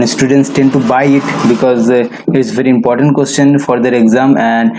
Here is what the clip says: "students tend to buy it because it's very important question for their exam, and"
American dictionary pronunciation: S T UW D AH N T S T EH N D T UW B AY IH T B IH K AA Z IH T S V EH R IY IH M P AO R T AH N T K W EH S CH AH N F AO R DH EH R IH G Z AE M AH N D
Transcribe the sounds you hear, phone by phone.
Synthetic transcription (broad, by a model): S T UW D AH N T S T EH N D T UW B AY IH T B IH K AA Z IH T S V EH R IY IH M P AO R T AH N T K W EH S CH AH N F AO R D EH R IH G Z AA M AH N D